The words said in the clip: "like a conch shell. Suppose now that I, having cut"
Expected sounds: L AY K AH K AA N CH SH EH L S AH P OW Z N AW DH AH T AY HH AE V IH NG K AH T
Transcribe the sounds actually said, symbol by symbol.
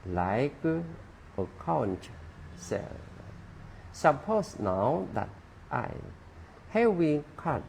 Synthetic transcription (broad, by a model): L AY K AH K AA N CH S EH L S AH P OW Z N AW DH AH T AY HH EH W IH K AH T